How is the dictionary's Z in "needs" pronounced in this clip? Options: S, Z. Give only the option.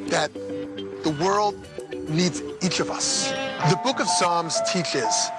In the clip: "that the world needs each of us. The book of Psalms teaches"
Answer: Z